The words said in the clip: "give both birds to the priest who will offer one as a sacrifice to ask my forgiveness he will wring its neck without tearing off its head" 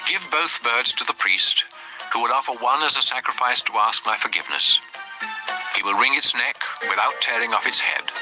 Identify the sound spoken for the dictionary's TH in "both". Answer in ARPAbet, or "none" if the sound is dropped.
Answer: TH